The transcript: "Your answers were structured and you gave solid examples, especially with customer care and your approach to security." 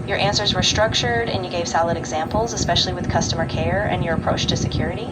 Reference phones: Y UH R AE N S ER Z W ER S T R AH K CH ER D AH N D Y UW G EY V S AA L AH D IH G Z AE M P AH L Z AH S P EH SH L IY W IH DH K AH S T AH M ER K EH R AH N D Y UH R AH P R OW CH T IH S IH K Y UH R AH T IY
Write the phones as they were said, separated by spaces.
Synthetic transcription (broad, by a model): Y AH R AE N S ER Z W ER S T R AH K CH ER D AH N Y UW G EY V S AA L AH D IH G Z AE M P L Z AH S P EH SH L IY W IH DH K AH S T AH M ER K EH R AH N Y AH R AH P R OW CH T IH S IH K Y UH R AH T IY